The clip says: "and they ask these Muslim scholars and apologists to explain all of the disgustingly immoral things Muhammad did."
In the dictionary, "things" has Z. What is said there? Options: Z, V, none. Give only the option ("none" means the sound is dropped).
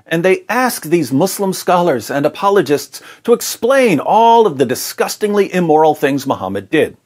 Z